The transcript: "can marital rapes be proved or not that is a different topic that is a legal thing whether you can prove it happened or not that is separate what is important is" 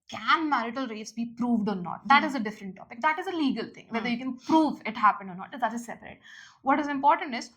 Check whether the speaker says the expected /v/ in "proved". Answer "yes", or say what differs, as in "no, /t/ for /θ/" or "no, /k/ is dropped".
yes